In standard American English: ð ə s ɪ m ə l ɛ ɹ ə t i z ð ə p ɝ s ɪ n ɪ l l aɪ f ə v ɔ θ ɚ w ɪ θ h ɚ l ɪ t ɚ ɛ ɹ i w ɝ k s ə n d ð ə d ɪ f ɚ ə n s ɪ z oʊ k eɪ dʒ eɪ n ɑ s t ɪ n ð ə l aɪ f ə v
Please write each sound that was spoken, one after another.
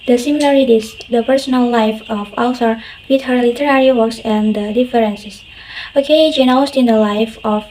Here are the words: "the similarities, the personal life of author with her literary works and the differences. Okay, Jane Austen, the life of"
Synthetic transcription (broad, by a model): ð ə s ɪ m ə l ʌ ɹ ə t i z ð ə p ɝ s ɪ n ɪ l l aɪ f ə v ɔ s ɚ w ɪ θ h ɚ l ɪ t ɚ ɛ ɹ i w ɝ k s ə n d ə d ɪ f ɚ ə n s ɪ s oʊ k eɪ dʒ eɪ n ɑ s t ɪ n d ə l aɪ f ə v